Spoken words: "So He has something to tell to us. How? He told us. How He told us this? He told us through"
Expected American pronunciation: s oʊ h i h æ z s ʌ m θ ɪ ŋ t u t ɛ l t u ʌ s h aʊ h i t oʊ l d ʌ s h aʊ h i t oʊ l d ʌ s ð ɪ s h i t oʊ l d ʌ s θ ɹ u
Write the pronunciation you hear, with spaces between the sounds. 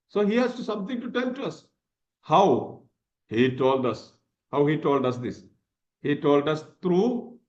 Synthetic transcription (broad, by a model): s oʊ h i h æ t s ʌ m t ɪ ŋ t u t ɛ n t u ʌ s h aʊ h i t oʊ l d ʌ s h aʊ h i t oʊ l d ʌ s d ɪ s h i t oʊ l d ʌ s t ɹ u